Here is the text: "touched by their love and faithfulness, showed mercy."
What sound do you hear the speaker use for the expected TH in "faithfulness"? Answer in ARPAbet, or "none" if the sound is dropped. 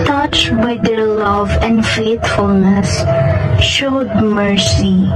T